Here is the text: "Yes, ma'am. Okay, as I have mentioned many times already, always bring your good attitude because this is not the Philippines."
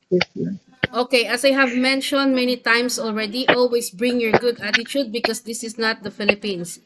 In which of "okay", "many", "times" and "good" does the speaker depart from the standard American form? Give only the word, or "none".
times